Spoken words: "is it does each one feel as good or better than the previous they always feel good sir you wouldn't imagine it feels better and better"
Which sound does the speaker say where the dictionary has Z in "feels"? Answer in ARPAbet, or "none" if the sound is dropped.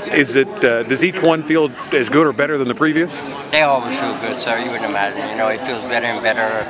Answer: Z